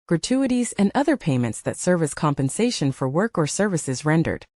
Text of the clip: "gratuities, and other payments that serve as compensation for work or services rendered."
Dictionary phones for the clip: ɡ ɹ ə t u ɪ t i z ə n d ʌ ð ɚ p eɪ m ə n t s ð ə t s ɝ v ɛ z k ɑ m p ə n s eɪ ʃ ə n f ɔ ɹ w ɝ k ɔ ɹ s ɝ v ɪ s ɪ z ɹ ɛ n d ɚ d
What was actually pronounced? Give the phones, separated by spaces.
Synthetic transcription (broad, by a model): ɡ ɹ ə t u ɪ t i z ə n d ʌ ð ɚ p eɪ m ə n t s ð ə t s ɝ v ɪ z k ɑ m p ə n s eɪ ʃ ə n f ɔ ɹ w ɝ k ɔ ɹ s ɝ v ɪ s ɪ z ɹ ɛ n d ɚ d